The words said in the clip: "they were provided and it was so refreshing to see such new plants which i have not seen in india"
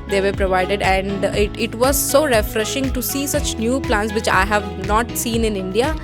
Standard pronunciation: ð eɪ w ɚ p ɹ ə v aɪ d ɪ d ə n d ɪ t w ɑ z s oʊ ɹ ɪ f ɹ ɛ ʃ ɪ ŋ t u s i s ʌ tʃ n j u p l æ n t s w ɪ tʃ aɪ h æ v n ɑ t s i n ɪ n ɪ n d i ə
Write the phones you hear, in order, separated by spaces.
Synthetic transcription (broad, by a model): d eɪ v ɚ p ɹ ə v aɪ d ɪ d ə n d ɪ t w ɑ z s oʊ ɹ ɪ f ɹ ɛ ʃ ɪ ŋ t u s i s ʌ tʃ n j u p l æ n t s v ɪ tʃ aɪ h æ v n ɑ t s i n ɪ n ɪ n d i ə